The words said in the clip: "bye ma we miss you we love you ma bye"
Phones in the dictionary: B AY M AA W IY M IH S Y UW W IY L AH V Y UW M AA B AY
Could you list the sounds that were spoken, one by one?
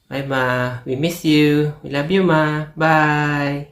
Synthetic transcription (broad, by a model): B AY M AA W IY M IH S Y UW W IY L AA B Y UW M AA B AY